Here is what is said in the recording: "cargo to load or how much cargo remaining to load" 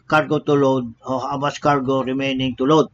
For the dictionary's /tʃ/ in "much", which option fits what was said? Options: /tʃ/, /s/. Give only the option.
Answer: /s/